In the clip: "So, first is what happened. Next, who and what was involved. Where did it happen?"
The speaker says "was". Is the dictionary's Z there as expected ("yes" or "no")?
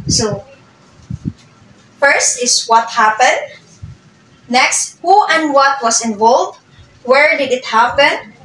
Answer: no